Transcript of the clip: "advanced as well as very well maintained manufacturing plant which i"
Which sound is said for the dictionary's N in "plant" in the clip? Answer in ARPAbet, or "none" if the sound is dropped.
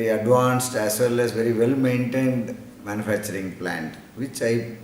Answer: N